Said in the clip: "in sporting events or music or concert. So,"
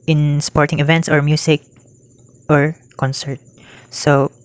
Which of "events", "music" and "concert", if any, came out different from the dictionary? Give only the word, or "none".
music